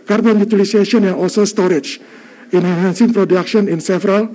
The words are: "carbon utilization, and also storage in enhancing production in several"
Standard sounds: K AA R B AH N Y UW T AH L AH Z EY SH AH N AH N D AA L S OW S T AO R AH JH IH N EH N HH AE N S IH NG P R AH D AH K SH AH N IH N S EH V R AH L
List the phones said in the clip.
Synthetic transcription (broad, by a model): K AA R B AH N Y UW T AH L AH S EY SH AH AH N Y AA L S OW S T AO R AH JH IH N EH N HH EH N S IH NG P R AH D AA K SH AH N IH N S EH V R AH L